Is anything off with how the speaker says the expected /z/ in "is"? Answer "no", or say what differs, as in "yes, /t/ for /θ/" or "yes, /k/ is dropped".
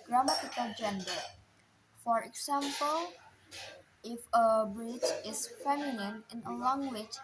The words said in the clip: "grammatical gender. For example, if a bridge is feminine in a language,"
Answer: yes, /s/ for /z/